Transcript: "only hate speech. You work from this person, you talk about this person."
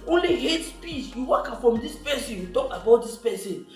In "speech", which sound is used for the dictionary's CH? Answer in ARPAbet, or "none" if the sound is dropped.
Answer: S